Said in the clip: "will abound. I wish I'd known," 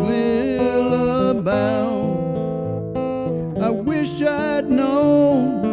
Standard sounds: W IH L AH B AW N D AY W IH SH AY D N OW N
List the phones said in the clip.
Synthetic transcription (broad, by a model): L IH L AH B AW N AY W IH SH AY D N OW